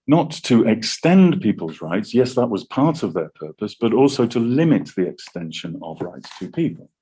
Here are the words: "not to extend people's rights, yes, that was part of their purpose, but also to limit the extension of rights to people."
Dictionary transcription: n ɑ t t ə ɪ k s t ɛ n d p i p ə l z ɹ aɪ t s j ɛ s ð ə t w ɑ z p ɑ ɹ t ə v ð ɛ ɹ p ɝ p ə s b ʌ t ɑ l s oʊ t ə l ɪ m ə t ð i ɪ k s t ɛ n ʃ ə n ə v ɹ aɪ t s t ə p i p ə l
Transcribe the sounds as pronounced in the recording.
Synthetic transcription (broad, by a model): n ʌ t t ə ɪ k s t ɛ n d p i p ə l z ɹ aɪ t s j ɛ s ð ə t w ɑ z p ɑ ɹ t ə v ð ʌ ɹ p ɝ p ə s b ʌ t ɑ l s oʊ t ə l ɪ m ə t ð i ɪ k s t ɛ n ʃ ə n ə v ɹ aɪ t s t ə p i p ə l